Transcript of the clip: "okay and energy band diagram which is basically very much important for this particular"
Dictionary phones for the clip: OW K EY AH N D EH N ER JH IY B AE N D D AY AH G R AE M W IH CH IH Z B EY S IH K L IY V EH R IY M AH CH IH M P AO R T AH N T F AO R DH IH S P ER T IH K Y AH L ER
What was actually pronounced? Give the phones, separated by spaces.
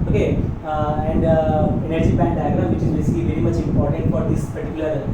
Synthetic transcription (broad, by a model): OW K EY AH N D EH N ER JH IY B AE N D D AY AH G R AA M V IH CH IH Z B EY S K IY V EH R IY M AH CH IH M P AO R T AH N T F AO R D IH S P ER T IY K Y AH L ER